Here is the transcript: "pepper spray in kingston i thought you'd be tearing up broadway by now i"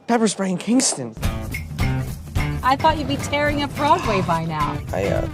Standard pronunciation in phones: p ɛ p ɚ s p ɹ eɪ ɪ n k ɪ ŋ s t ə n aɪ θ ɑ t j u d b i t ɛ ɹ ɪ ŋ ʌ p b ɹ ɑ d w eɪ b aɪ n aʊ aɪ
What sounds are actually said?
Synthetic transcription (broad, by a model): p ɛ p ɚ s b ɹ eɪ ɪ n k ɪ ŋ s t ə n aɪ θ ɑ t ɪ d b i t ɛ ɹ ɪ ŋ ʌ b ɹ ɑ d w eɪ b aɪ n aʊ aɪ